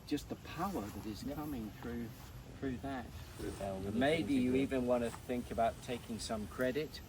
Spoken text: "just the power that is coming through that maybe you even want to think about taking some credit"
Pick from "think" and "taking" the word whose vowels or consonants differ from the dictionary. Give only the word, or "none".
none